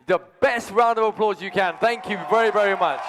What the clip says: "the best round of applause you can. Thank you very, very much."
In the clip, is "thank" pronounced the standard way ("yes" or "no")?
yes